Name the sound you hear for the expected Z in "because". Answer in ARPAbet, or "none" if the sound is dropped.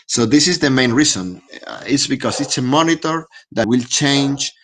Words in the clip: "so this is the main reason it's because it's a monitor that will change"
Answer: S